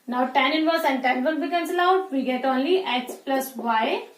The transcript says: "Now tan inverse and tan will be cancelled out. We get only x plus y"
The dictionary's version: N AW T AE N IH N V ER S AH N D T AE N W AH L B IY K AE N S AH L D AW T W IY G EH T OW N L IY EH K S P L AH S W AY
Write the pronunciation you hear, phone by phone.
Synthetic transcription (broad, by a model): N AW T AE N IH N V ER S AH N D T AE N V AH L B IY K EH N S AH L AW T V IY G EH T OW N L IY EH K S P L AH S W AY